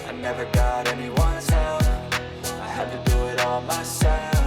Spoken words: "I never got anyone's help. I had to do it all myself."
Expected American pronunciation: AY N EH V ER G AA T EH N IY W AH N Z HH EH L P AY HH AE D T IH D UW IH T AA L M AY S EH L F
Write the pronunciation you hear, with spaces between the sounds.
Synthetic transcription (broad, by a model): AY N EH V ER G AA T EH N IY W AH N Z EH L AY HH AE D T IH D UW IH T AA L M AY S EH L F